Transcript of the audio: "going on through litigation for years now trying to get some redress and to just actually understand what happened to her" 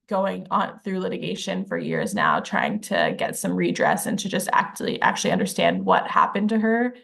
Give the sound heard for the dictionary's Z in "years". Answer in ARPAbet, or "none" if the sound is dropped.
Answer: Z